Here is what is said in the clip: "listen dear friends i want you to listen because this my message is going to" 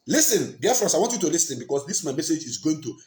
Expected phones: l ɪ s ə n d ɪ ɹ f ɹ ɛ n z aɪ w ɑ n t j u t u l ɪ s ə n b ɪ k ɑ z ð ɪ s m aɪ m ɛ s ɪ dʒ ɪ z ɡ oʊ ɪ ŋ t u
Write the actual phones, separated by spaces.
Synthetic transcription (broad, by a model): l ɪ s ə n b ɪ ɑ f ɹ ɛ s aɪ w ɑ n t j u t u l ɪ s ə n b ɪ k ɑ s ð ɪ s m aɪ m ɛ s ɪ dʒ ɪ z ɡ oʊ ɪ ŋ t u